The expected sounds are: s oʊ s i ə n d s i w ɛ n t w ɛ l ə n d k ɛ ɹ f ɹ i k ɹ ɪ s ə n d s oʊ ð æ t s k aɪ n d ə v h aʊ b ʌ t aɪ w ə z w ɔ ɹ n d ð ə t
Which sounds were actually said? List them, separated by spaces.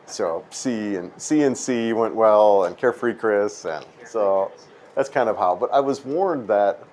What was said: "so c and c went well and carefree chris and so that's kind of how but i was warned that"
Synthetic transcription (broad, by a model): s oʊ s i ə n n s i w ɛ n t w ɛ l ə n k ɛ ɹ f ɹ i k ɹ ɪ s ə n s oʊ ð æ t s k aɪ n d ə v h aʊ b ʌ t aɪ w ə z w ɔ ɹ n ð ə t